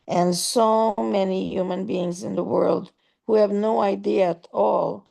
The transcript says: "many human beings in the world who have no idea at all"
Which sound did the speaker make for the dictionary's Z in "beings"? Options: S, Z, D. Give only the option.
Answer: Z